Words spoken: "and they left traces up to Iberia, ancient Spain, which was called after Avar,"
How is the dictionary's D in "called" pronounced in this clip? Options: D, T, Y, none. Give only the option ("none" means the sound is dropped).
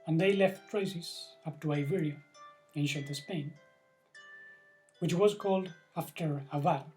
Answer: D